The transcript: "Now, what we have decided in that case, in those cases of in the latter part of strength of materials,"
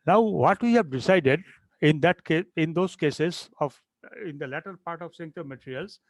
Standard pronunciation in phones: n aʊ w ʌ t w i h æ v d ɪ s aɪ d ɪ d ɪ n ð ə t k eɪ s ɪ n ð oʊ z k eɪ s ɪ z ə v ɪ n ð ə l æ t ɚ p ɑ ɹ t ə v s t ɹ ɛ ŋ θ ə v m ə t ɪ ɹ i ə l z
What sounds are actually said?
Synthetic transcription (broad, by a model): n aʊ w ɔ t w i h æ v d ɪ s aɪ d ɪ d ɪ n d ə t k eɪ ɪ n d oʊ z k eɪ s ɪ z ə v ɪ n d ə l æ t ɚ p ɑ ɹ t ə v s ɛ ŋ t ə m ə t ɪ ɹ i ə l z